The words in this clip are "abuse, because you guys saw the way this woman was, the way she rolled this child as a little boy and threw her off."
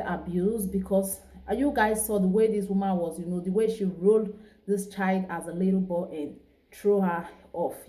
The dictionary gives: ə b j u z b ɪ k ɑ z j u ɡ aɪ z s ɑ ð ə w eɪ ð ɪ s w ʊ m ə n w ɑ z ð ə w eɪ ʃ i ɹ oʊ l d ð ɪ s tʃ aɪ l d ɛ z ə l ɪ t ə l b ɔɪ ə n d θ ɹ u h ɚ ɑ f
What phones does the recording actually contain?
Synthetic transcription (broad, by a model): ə b j u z b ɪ k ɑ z j u ɡ aɪ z s ɑ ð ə w eɪ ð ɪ s w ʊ m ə n w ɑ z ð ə w eɪ ʃ i ɹ oʊ l d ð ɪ s tʃ aɪ l d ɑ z ə l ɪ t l b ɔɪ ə n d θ ɹ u h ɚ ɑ f